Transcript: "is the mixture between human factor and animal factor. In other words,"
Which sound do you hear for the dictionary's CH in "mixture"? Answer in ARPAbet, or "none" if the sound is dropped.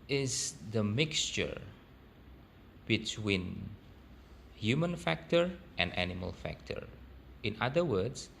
CH